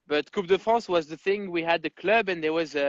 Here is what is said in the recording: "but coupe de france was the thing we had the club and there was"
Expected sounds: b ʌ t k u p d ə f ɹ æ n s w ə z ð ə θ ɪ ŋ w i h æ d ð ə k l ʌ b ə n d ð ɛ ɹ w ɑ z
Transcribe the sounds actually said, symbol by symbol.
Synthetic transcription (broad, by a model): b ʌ t k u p d ə f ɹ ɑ s w ə z ð ə θ ɪ ŋ w i h æ d ð ə k l ʌ b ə n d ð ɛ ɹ w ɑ z